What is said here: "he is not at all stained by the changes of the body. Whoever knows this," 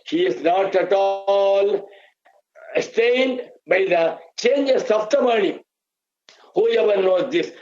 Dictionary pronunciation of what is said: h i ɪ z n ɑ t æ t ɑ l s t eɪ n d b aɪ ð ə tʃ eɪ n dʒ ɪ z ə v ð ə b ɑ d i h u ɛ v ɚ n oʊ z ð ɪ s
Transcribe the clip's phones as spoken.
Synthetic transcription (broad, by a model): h i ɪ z n ɑ t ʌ t ɑ l s t eɪ n d b aɪ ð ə tʃ eɪ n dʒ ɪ s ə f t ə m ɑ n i h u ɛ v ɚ n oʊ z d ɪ s